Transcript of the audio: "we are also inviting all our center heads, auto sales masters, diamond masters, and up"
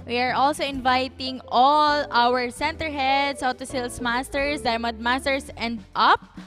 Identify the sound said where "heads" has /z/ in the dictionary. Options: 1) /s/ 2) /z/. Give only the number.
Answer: 1